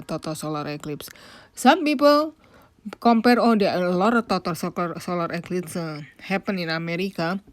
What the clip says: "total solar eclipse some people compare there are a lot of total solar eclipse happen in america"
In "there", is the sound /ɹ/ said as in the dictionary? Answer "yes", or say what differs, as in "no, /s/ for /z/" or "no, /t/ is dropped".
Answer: no, /l/ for /ɹ/